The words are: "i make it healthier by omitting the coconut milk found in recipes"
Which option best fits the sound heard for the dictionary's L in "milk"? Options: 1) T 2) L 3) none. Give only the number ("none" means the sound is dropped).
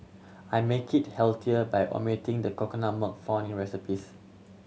3